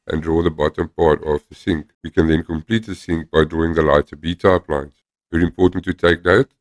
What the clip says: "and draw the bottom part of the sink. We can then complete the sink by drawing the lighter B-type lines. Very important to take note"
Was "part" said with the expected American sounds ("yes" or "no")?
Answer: yes